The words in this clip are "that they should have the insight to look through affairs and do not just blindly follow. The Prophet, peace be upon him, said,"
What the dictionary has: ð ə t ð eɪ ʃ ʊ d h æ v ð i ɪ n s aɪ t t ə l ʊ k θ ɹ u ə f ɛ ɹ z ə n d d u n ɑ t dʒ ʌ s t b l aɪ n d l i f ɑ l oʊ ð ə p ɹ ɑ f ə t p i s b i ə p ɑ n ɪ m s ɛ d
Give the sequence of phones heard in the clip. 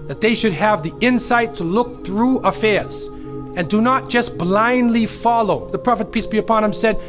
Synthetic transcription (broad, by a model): ð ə t ð eɪ ʃ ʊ d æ v ð i ɪ n s aɪ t t ə l ʊ k θ ɹ u ə f ɛ ɹ z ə n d d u n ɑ t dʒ ʌ s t b l aɪ n d l i f ɑ l oʊ ð ə p ɹ ɑ f ə t p i s b i ə p ɑ n ɪ m s ɛ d